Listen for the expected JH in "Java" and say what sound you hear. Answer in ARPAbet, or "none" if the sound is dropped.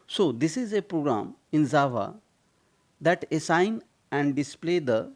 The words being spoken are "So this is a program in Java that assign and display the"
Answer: Z